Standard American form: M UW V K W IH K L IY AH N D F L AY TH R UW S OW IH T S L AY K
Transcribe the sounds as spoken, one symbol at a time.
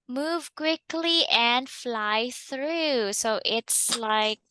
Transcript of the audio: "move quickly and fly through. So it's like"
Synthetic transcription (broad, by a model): M UW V K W IH K L IY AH N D F L AY TH R UW S OW IH T S L AY K